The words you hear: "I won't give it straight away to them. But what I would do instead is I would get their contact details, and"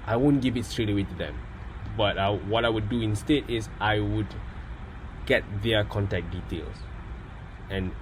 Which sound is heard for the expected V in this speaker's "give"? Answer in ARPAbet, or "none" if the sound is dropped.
V